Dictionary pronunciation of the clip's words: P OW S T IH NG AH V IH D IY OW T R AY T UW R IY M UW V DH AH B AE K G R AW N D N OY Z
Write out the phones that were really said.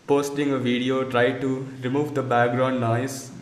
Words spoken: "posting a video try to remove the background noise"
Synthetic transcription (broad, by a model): P OW S T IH NG AH V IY D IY OW T R AY T UW R IY M UW V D AH B AE K G R AW N D N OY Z